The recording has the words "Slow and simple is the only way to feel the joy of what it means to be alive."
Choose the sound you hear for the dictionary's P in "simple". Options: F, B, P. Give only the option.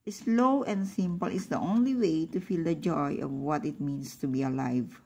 P